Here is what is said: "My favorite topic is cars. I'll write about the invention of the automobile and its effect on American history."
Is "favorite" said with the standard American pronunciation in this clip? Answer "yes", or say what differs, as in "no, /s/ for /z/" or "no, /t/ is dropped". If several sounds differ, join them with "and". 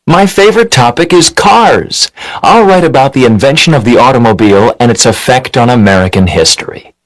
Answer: yes